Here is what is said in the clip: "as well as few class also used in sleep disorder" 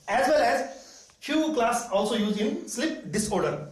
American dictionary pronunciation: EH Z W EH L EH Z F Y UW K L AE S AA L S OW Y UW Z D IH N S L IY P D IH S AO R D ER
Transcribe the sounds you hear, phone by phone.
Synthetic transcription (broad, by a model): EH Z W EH L EH Z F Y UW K L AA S AA L S OW Y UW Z IH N S L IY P D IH S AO R D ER